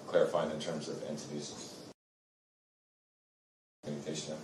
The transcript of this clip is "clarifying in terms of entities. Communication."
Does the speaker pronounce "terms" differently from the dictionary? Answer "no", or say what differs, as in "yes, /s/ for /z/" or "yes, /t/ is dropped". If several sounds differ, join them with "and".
no